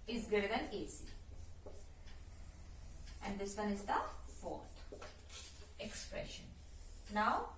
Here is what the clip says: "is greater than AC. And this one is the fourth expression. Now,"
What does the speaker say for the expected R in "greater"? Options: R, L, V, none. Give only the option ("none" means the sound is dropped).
none